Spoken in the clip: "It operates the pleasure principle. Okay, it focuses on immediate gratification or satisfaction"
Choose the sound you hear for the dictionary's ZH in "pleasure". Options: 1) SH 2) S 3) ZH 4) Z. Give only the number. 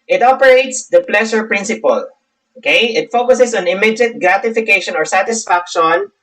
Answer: 1